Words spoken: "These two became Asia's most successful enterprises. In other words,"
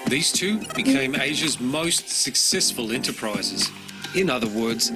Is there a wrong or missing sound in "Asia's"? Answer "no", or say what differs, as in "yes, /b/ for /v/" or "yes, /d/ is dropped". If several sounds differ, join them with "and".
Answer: no